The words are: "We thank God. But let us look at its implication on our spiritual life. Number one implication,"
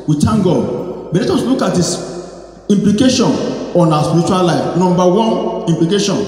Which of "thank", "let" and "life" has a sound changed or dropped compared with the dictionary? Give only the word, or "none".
thank